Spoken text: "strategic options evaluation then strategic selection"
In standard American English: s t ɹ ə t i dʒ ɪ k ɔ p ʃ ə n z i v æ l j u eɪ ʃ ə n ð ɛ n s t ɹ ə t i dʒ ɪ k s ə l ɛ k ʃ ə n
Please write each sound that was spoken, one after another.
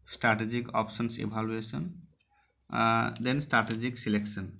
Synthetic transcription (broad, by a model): s t ɹ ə t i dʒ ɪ k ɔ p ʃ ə n s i b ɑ l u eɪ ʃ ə n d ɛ n s t ɹ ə t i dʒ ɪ k s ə l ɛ k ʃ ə n